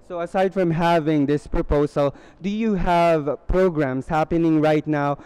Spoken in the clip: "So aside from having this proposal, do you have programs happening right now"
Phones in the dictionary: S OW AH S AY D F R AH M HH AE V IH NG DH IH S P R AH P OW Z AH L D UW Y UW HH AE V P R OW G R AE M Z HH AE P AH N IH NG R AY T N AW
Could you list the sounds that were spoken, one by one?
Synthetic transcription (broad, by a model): S OW AH S AY D F R AH M HH AE V IH NG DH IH S P R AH P OW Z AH L D UW Y UW HH AE V P R OW G R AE M S HH AE P AH N IH NG R AY T N AW